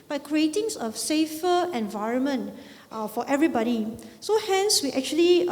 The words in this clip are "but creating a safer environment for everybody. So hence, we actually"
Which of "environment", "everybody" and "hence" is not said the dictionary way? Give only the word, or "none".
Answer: none